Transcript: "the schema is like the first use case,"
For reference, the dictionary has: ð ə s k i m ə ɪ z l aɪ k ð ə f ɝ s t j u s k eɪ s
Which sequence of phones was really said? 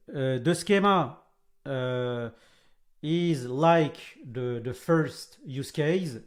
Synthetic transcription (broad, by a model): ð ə s k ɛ m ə ɪ z l aɪ k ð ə f ɝ s t j u s k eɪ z